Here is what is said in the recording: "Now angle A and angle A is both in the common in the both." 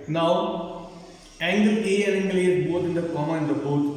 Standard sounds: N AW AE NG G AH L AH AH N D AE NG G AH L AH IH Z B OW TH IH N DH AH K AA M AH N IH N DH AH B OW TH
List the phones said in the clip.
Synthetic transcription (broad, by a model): N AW AE NG G AH L AH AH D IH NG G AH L AH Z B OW T IH N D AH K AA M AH IH N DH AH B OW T